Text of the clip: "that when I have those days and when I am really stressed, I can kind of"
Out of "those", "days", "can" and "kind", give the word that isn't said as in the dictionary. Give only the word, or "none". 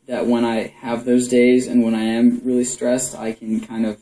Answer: none